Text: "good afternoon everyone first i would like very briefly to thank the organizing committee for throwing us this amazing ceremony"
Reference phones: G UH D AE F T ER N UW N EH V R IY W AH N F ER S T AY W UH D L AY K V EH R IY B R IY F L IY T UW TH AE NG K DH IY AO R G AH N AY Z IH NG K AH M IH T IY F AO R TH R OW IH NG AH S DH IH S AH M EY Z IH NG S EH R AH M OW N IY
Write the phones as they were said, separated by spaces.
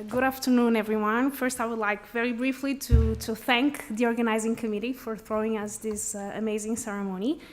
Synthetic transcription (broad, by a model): G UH D AE F T ER N UW N EH V R IY W AH N F ER S T AY W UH D L AY K V EH R IY B R IY F L IY T UW TH AE NG K DH IY AO R G AH N AY Z IH NG K AH M IH T IY F AO R TH R OW IH NG AH S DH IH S AH M EY Z IH NG S EH R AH M OW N IY